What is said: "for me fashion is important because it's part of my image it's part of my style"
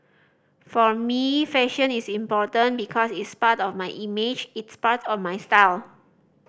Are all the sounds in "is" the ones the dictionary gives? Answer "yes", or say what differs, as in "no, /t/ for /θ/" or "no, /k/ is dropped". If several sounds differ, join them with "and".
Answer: no, /s/ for /z/